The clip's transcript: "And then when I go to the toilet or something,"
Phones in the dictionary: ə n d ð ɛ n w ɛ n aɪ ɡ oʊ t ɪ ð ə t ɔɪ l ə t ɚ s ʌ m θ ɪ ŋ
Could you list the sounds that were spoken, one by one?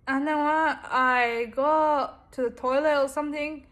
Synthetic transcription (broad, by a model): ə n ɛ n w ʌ aɪ ɡ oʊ t ɪ ð ə t ɔɪ l ə t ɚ s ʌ m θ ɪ ŋ